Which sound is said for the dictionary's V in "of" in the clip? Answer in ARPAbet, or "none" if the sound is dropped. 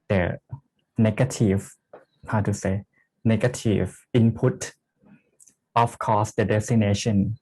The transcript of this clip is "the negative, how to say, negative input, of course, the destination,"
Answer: F